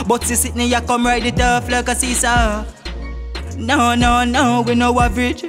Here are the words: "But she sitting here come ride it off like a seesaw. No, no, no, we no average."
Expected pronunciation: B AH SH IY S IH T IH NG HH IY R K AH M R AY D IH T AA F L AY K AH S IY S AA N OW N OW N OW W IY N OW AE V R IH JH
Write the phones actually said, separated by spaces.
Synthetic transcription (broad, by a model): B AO S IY S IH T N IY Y K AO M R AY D IH T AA F L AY K AH S IY S AA N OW N OW N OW W IY N OW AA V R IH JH